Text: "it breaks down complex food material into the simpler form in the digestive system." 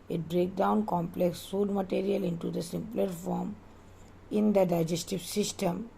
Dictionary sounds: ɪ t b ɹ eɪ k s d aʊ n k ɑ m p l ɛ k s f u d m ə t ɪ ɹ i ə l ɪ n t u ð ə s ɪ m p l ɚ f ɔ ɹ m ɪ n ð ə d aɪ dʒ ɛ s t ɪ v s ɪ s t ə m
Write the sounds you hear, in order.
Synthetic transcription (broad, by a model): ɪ t b ɹ eɪ k d aʊ n k ɑ m p l ɛ k s f u d m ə t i ɹ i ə l ɪ n t u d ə s ɪ m p l ɚ f ɔ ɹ m ɪ n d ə d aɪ dʒ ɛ s t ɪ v s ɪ s t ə m